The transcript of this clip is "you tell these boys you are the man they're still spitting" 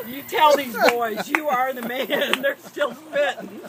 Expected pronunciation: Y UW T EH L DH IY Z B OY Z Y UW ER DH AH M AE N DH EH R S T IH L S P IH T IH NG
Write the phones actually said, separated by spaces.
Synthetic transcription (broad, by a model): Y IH T EH L DH IY Z B OY Z Y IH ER DH AH M AE N DH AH R S T IH L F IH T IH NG